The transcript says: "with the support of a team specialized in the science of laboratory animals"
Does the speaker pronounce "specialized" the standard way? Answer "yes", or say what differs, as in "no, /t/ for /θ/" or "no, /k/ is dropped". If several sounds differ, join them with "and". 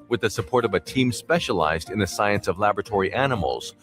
yes